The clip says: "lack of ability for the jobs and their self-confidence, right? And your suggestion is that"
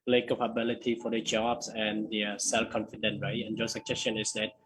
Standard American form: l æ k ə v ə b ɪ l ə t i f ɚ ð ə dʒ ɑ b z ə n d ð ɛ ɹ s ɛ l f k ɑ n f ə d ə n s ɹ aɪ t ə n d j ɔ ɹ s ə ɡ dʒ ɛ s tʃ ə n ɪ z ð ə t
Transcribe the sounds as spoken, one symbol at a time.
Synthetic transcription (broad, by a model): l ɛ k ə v ə b ɪ l ə t i f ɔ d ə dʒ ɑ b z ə n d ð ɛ s ɛ l f k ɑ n f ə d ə n ɹ aɪ t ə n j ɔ s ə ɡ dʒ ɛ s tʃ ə n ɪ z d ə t